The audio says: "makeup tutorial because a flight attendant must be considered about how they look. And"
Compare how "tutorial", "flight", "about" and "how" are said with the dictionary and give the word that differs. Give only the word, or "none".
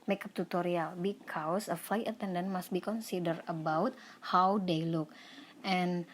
none